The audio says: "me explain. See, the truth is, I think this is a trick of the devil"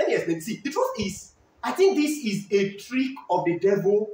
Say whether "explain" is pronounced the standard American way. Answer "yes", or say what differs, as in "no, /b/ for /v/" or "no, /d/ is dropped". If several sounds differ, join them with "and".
no, /k/ is dropped